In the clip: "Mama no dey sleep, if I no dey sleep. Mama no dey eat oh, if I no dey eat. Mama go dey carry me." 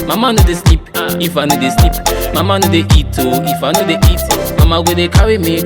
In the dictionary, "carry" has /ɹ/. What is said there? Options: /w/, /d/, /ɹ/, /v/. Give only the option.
/w/